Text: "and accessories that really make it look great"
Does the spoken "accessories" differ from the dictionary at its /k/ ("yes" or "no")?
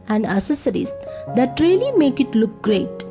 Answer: yes